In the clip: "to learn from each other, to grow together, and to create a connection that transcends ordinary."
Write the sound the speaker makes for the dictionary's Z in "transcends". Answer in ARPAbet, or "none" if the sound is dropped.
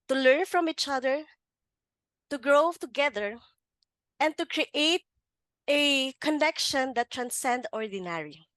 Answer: none